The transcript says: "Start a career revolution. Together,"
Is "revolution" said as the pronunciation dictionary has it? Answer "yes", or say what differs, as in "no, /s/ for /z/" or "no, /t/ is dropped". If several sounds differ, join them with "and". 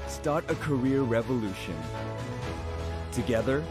yes